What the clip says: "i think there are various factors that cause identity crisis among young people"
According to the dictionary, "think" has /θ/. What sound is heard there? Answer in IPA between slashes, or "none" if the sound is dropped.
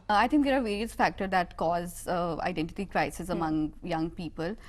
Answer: /t/